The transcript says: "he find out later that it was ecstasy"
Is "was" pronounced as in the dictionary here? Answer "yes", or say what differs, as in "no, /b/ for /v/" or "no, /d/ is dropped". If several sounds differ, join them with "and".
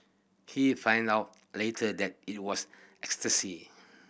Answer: no, /s/ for /z/